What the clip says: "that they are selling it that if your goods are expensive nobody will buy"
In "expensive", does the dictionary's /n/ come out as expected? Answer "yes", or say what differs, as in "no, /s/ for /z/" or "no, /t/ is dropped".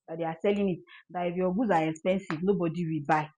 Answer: yes